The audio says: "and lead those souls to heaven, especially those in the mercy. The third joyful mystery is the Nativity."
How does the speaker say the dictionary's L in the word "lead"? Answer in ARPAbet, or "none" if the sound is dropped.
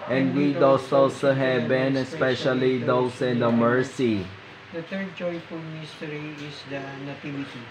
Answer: W